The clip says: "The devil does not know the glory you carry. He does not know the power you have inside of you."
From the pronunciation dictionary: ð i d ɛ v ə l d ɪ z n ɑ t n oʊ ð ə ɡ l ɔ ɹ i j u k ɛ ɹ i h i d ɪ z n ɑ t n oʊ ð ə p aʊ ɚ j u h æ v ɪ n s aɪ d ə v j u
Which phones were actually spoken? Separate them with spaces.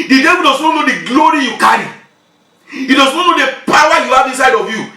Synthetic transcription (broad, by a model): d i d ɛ w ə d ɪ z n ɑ n oʊ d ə ɡ l ɔ ɹ i j u k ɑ ɹ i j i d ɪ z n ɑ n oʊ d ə p aʊ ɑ j u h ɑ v ɪ n s aɪ d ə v j u